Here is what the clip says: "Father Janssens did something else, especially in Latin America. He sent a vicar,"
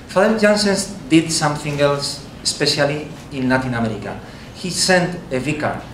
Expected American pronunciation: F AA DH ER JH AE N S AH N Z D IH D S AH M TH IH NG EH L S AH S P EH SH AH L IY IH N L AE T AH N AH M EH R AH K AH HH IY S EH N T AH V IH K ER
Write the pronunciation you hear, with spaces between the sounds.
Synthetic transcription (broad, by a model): F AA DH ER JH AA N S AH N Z D IH D S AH M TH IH NG EH L S AH S P EH SH AH L IY IH N L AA T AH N AH M EH R AH K AH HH IY S EH N T AH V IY K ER